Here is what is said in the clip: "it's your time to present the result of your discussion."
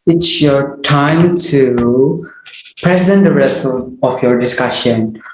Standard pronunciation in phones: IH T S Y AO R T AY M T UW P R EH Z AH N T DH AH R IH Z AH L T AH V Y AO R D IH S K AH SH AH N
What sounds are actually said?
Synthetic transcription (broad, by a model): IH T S Y AO R T AY M T UW P R EH Z AH N T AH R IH S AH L AH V Y AO R D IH S K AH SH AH N